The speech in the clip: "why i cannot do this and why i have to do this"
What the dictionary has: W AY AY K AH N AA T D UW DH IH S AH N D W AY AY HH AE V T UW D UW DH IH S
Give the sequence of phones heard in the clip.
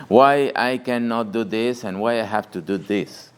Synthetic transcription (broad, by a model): W AY AY K AH N AA T D UW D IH S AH N W AY AY HH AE F T UW D UW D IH S